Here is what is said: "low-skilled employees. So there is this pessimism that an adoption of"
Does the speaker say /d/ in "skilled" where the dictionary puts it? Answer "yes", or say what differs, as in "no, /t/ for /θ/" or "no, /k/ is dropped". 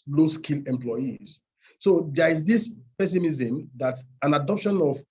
no, /d/ is dropped